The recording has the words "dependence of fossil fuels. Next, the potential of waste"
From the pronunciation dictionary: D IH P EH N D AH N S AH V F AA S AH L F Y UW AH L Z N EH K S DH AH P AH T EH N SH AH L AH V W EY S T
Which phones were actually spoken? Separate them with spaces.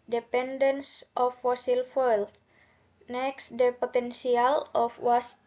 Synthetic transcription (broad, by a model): D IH P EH N D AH N S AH F AA S AH L F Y L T N EH K S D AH P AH T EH N S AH L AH F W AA S